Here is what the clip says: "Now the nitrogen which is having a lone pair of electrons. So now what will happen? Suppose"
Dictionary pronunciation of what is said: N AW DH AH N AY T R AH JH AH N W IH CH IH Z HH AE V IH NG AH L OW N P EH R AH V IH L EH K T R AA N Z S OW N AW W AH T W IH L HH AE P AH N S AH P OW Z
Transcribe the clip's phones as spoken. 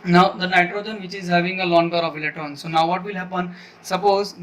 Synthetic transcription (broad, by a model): N AW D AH N AY T R AH JH AH N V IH CH IH Z HH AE V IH NG AH L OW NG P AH R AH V L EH T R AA N S OW N AW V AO T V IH L HH AE P AH N S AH P OW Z